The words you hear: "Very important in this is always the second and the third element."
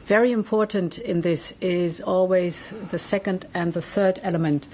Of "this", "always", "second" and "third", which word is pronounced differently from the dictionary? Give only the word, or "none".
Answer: none